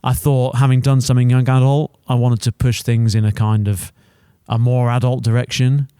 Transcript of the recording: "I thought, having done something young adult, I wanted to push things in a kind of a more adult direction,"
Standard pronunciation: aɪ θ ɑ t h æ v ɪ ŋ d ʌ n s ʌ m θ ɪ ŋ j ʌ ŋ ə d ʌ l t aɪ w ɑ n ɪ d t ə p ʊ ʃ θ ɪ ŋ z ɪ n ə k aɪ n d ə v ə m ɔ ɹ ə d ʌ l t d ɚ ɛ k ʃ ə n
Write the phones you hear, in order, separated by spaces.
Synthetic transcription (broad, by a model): aɪ θ ɑ t h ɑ v ɪ ŋ d ʌ n s ʌ m θ ɪ ŋ j ʌ ŋ ə d ʌ l t aɪ w ɑ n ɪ d t ə p ʊ ʃ θ ɪ ŋ z ɪ n ə k aɪ n d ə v ə m ɔ ɹ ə d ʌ l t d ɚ ɛ k ʃ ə n